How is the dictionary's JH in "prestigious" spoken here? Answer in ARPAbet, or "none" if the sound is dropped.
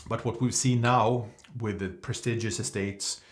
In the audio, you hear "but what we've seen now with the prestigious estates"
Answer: JH